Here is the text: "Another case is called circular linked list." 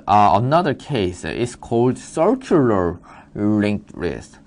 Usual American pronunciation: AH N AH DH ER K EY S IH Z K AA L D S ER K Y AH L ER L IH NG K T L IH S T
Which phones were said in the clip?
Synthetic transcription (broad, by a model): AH N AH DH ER K EY S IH S K AA L D S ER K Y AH L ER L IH NG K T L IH S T